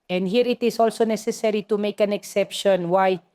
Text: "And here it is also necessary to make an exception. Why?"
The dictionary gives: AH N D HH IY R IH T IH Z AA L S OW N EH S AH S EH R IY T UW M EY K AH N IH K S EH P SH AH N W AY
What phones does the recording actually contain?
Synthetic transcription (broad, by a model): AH N D HH IY R IH T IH S AA L S OW N EH S AH S EH R IY T UW M EY K AH N IH K S EH P SH AH N W AY